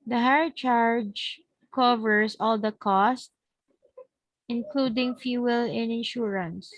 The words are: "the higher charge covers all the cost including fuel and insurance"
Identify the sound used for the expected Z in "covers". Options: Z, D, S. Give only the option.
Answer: S